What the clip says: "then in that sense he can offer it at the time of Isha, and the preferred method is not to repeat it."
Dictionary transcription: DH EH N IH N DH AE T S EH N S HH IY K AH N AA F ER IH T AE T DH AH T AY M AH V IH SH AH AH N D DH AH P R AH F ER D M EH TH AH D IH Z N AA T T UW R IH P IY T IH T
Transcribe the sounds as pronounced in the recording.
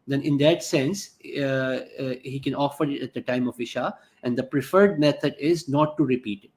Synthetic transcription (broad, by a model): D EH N IH N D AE T S EH N S HH IY K AH N AA F ER IH T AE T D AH T AY M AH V IH SH AH AH N D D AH P R AH F ER D M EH T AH D IH Z N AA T T UW R IH P IY T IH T